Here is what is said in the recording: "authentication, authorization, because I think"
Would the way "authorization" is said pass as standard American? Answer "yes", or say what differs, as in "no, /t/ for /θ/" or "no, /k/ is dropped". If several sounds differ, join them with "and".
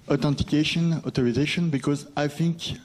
no, /t/ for /θ/